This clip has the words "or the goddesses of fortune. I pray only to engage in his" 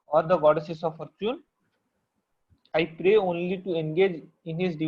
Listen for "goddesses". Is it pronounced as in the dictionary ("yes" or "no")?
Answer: no